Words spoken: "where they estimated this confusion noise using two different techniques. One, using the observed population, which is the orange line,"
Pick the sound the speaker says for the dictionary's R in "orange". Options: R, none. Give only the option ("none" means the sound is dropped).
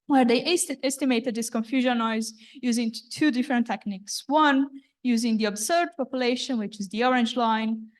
R